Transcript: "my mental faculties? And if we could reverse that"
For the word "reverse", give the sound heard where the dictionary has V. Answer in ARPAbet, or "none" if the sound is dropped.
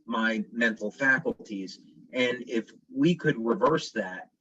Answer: V